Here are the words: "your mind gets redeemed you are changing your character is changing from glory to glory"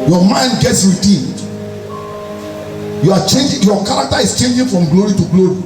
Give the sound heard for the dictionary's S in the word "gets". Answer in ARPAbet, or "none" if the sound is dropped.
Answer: S